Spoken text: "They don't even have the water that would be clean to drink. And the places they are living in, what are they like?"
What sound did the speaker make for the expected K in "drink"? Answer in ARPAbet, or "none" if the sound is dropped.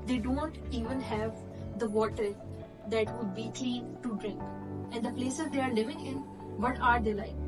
K